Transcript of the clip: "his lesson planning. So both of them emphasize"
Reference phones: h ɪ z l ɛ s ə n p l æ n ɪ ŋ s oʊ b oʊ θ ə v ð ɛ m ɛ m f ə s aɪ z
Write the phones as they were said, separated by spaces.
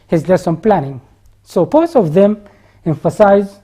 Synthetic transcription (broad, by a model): h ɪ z l ɛ s ə n p l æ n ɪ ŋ s oʊ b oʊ s ə v ð ɛ m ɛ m f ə s aɪ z